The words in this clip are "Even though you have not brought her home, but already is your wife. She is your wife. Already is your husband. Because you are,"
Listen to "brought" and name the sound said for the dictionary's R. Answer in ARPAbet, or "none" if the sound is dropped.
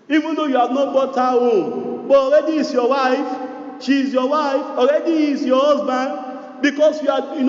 none